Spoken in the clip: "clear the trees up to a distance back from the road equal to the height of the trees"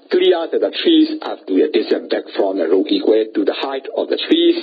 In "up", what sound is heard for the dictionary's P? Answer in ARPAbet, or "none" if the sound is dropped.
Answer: F